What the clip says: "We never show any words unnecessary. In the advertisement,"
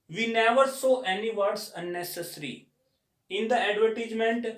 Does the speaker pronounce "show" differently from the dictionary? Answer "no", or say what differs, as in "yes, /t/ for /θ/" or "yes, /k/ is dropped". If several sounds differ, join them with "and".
yes, /s/ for /ʃ/